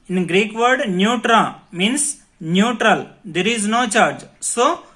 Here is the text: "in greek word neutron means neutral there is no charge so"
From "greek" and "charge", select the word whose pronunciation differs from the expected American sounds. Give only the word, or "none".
none